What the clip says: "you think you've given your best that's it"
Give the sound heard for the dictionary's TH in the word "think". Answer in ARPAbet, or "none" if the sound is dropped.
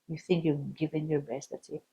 TH